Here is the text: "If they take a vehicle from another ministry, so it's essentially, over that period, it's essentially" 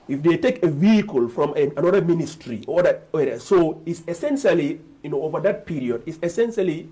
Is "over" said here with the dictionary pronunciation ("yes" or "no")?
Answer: yes